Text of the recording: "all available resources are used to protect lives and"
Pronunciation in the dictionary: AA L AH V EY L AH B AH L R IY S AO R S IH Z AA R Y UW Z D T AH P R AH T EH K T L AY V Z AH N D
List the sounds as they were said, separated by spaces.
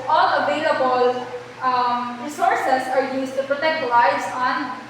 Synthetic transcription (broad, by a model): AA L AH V EY L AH B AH L R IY S AO R S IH S AA R Y UW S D T AH P R AH T EH K T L AY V S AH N